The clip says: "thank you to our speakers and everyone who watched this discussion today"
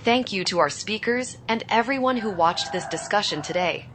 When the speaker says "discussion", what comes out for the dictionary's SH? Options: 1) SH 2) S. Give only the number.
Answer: 1